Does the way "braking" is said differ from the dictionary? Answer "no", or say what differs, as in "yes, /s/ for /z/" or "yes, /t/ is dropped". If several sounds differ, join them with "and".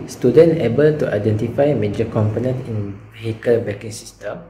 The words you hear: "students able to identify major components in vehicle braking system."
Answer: yes, /ɹ/ is dropped